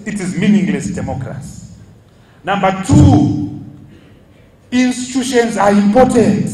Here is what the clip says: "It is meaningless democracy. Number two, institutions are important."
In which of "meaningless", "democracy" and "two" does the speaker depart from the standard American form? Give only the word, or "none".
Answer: none